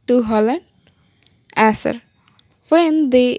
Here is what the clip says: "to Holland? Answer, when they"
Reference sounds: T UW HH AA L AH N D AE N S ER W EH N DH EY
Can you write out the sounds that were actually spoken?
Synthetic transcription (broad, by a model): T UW HH AA L AH N D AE S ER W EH N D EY